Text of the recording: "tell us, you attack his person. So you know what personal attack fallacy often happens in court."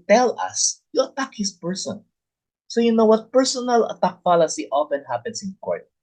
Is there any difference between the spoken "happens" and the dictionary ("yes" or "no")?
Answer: yes